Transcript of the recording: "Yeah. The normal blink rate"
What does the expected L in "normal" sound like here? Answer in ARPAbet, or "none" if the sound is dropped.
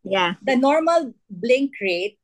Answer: L